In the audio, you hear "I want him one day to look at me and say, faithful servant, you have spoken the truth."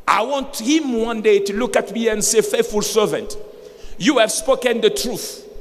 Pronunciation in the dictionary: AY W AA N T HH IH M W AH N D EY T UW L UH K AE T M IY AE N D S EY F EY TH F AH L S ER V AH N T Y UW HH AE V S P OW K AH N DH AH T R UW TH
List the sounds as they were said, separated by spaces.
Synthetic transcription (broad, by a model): AY W AA N T HH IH M W AH N D EY T UW L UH K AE T M IY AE N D S EY F EY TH F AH L S ER V AH N T Y UW HH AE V S P OW K AH N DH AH T R UW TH